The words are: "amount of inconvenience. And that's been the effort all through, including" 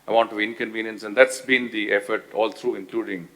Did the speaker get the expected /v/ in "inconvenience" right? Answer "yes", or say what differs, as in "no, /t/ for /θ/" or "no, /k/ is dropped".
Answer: yes